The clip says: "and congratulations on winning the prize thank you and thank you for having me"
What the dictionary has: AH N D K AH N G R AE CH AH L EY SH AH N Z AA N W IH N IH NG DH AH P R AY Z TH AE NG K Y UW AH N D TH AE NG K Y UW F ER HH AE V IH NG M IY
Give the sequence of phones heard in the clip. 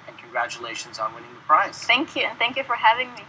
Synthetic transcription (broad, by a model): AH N K AH N G R AE CH AH L EY SH AH N Z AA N W IH N IH NG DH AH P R AY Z TH AE NG K Y UW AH N TH AE NG K Y UW F ER HH AE V IH NG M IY